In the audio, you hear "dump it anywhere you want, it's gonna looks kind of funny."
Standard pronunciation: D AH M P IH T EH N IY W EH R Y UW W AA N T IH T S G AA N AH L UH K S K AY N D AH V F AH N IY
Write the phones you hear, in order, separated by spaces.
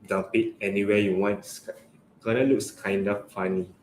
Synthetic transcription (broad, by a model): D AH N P IH T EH N IY W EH Y UW W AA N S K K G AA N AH L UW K S K AY N D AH F F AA N IY